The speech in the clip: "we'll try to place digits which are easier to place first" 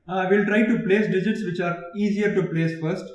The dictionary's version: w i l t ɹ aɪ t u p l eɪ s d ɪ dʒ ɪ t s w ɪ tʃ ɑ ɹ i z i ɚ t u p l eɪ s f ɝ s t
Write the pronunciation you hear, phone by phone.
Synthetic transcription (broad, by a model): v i l t ɹ aɪ t u p l eɪ s d ɪ dʒ ɪ t s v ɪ tʃ ɑ ɹ i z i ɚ t u p l eɪ s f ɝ s t